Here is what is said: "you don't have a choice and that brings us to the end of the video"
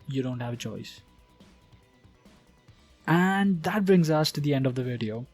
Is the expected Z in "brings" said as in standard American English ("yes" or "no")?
yes